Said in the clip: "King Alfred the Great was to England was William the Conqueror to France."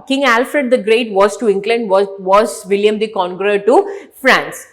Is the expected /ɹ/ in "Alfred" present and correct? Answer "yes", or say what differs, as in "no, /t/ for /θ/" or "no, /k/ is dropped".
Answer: yes